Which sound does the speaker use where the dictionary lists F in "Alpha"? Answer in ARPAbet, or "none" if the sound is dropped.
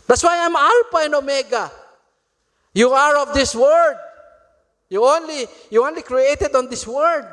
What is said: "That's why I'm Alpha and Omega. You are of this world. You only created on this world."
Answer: P